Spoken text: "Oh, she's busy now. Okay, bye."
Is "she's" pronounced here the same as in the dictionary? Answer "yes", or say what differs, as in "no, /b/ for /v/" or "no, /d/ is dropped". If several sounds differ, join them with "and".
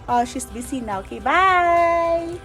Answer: no, /s/ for /z/